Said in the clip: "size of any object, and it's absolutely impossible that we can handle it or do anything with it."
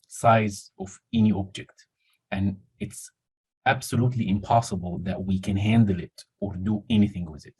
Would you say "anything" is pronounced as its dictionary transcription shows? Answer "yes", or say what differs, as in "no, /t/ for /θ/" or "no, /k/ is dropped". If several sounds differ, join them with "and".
yes